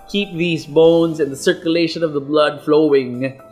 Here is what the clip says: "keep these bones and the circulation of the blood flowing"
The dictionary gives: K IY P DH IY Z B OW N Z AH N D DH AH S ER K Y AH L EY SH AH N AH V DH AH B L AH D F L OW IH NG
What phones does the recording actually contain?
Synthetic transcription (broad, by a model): K IY P DH IY Z B OW N Z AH N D DH AH S ER K Y AH L EY SH AH N AH V DH AH B L AH D F L OW IH NG